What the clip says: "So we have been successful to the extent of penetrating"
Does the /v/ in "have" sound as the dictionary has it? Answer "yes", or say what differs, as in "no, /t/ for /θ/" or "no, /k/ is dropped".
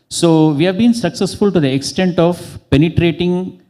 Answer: yes